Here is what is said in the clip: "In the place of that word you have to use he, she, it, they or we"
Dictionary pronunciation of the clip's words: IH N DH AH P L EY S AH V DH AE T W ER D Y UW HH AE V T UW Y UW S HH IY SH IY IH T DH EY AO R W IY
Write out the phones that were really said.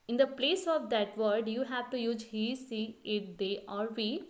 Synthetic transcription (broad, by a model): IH N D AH P L EY S AH V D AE T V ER D Y UW HH AE V T UW Y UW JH HH IY S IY IH T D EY AO R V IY